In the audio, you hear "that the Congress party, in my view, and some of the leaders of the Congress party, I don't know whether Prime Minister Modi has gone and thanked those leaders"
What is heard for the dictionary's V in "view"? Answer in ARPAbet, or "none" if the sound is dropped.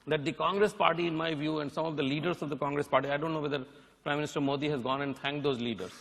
V